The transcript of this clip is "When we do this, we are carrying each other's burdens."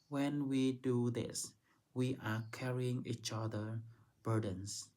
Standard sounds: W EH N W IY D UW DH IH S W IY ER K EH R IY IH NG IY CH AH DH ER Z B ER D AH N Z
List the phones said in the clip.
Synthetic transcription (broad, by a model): W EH N W IY D UW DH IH S W IY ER K EH R IY IH NG IY CH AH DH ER B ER D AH N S